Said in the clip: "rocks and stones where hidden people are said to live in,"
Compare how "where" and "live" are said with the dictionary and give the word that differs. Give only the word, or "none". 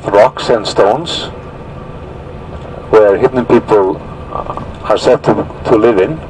none